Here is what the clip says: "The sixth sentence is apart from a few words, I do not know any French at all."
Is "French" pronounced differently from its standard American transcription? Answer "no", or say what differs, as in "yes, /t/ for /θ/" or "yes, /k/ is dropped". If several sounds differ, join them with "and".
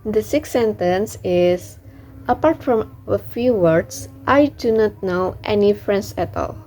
yes, /s/ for /tʃ/